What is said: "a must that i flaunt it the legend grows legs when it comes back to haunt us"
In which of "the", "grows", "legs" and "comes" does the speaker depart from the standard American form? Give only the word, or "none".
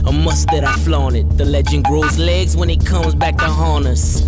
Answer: none